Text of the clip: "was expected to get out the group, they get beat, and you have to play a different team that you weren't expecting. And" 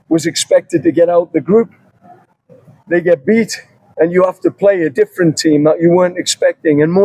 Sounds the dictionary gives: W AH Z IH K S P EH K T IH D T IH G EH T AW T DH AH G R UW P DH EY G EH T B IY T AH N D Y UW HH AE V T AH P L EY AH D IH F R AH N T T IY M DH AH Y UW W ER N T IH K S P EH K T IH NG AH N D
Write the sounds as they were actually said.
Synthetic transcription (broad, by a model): W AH Z IH K S P EH K T IH D T IH G EH T AW T DH AH G R UW P DH EY G EH T B IY T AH N Y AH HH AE F T AH P L EY AH D IH F R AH N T T IY M DH AH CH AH W ER N T IH K S P EH K T IH NG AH N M